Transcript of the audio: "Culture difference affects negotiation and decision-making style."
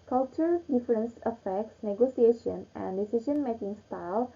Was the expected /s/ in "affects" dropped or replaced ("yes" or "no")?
no